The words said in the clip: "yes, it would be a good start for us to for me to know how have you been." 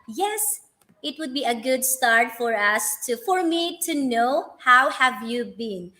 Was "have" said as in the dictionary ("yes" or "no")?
yes